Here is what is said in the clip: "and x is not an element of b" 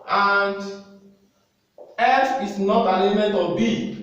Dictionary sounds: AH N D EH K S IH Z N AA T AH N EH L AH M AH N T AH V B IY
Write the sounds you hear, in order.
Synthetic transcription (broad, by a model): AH N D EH S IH S N AA T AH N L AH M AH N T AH B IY